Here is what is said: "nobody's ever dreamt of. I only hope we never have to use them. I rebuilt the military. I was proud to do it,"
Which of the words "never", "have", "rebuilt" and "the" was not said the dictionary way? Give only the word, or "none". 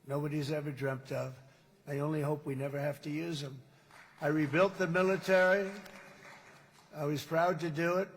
have